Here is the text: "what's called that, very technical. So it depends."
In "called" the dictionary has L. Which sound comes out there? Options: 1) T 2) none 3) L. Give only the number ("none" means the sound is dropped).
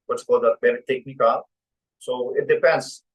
2